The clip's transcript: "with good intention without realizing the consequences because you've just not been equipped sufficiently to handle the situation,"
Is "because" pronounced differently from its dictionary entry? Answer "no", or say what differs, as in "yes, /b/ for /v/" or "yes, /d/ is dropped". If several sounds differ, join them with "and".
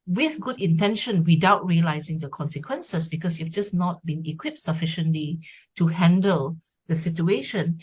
yes, /s/ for /z/